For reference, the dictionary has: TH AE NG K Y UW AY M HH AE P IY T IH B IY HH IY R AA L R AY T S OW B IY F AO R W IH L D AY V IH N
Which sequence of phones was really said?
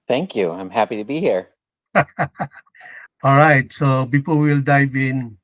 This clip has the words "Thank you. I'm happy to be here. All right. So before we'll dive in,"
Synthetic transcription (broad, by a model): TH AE NG K Y UW AY M HH AE P IY T IH B IY HH IY R AA L R AY T S OW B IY P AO L W IH L D AY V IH N